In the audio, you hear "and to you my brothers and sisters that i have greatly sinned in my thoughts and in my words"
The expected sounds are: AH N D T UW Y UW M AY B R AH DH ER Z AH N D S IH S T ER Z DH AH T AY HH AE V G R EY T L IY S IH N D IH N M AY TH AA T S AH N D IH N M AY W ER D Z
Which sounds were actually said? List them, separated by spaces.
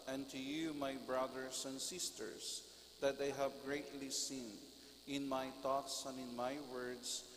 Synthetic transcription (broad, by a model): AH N T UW Y UW M AY B R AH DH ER S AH N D S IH S T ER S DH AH T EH HH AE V G R EY T L IY S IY N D IH N M AY T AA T S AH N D IH N M AY W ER D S